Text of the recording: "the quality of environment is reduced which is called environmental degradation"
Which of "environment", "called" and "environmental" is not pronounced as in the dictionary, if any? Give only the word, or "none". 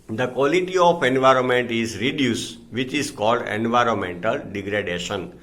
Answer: none